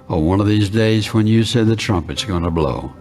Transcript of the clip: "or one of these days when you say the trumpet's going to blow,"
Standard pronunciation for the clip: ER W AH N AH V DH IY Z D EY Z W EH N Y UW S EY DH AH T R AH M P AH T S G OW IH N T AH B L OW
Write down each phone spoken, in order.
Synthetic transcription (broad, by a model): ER W AH N AH V DH IY Z D EY Z W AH N Y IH S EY DH AH T R AH M P AH T S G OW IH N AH B L OW